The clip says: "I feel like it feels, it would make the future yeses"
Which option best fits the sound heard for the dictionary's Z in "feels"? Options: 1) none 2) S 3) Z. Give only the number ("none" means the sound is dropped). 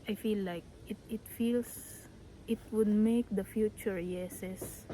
2